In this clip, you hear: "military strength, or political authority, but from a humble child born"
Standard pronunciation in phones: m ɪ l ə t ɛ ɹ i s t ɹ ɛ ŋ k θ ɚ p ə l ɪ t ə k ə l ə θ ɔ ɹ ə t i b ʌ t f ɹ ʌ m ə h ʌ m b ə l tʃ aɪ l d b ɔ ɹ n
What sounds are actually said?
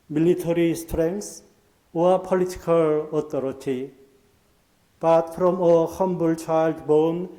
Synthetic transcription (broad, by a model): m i l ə t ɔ ɹ i s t ɹ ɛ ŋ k s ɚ p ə l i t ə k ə l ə t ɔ ɹ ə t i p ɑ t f ɹ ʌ m ə h ʌ m b ə l tʃ aɪ l d b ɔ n